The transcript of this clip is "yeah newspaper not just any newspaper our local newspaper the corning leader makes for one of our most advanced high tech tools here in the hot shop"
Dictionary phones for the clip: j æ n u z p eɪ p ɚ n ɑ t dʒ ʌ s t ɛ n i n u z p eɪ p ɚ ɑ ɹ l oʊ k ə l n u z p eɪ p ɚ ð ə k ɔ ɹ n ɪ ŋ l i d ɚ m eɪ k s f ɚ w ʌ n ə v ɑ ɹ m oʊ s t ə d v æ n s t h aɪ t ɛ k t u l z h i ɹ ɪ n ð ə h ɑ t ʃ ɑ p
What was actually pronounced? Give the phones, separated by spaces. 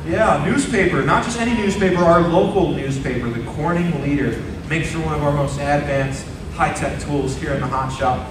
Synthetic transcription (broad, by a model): j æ n u z p eɪ p ɚ n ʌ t dʒ ʌ s t ɛ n i n u z p eɪ p ɚ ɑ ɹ l oʊ k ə l n u z p eɪ p ɚ ð ə k ɔ ɹ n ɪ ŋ l i d ɚ m eɪ k s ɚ w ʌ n ə v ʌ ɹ m oʊ s t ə d v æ n s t h aɪ t ɛ k t u l z h i ɹ ɪ n ð ə h ɑ t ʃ ɑ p